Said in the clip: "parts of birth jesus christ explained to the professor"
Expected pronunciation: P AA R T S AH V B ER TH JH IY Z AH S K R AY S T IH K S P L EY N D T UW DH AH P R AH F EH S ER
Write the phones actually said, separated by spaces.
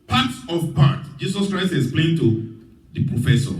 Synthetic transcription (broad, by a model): P AA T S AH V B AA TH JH IY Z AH S K R AY S T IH S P L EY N T UW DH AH P R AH F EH S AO